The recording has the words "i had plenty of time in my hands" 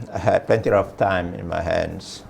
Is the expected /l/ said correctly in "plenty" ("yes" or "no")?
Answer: no